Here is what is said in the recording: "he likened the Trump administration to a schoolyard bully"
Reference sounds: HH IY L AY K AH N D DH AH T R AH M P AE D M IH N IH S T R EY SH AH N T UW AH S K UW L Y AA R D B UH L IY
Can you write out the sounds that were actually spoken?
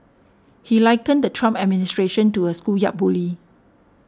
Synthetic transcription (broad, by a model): HH IY L AY K AH N D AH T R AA M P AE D M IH N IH S T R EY SH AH N T UW AH S K UW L Y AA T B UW L IY